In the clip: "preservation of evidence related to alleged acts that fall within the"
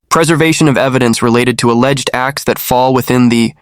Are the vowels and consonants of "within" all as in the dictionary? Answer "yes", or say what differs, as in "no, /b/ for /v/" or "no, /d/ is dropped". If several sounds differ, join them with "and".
yes